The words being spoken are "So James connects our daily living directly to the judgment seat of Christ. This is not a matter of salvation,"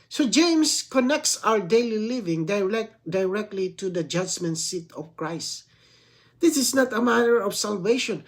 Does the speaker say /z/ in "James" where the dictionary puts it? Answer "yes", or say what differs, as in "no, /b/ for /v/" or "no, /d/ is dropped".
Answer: no, /s/ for /z/